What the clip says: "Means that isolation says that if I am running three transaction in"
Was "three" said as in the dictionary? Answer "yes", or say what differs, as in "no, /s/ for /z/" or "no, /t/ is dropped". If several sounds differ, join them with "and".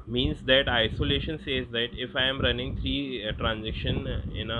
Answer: no, /t/ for /θ/